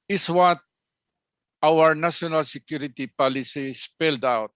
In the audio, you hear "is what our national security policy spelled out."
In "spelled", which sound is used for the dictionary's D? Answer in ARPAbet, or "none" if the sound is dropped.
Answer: D